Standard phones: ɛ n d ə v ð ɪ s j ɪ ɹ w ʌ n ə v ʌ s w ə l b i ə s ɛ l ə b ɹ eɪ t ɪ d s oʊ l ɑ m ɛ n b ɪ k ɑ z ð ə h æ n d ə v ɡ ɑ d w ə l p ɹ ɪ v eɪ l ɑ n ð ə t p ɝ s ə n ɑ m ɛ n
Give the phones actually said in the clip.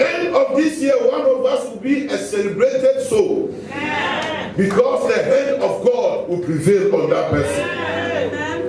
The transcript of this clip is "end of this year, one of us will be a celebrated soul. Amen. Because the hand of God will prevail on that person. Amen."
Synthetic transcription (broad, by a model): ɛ n d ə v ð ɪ s j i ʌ w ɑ n ə v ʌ s w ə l b i ə s ɛ l ə b ɹ eɪ t ɪ d s oʊ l b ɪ k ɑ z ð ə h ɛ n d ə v ɡ ɑ d w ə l p ɹ ɪ v eɪ l ɑ n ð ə t p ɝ s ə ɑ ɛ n